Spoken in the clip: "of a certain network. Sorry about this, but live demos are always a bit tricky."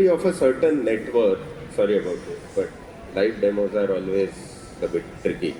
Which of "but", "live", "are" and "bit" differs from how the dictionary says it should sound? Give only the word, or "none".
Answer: live